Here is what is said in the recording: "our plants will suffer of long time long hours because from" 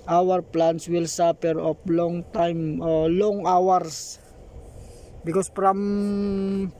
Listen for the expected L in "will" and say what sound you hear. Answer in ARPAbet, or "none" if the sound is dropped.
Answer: L